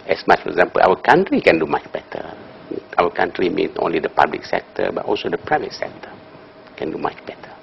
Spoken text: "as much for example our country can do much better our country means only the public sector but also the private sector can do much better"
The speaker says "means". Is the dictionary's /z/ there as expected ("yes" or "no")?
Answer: no